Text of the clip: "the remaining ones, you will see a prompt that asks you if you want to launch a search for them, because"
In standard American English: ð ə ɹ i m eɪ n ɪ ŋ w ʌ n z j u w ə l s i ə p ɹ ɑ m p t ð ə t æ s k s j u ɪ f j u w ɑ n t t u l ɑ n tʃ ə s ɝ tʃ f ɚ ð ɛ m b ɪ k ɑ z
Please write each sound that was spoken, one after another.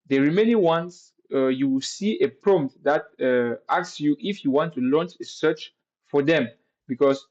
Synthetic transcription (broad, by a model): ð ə ɹ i m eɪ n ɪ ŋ w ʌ n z j u w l s i ə p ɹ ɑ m t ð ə t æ k s j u ɪ f j u w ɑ n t t u l ɑ n tʃ ə s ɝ tʃ f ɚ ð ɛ m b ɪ k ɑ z